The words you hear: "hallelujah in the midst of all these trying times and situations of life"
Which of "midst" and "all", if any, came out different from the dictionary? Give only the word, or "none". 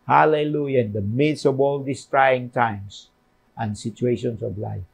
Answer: midst